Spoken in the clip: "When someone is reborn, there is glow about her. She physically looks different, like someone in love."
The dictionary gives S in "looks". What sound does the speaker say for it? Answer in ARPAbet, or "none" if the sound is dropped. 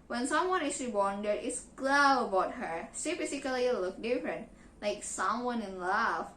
none